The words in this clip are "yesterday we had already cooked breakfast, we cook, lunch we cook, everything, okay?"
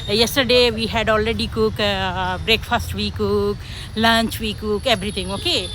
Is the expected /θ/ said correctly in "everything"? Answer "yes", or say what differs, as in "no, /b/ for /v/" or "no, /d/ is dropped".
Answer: no, /t/ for /θ/